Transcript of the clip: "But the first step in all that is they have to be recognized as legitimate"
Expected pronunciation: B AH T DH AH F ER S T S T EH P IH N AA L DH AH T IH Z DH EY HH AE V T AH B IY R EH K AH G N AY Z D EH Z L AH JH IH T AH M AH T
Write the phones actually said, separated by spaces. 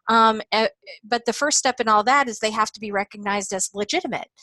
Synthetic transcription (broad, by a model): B AH T DH AH F ER S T S T EH P IH N AA L DH AH T IH Z DH EY HH AE F T AH B IY R EH K AH G N AY Z D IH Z L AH JH IH T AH M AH T